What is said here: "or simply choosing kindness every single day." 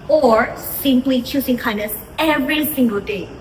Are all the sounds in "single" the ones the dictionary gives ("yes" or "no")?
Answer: yes